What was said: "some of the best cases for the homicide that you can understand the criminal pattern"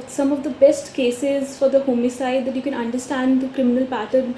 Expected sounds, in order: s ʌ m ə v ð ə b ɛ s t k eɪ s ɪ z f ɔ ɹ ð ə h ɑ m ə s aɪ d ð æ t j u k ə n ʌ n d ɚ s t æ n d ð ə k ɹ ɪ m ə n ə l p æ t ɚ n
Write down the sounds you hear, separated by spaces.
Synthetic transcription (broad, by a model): s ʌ m ə v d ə b ɛ s t k eɪ s ɪ z f ɔ ɹ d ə h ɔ m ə s aɪ d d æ t j u k ə n ʌ n d ɚ s t æ n d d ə k ɹ ɪ m ə n ə l p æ t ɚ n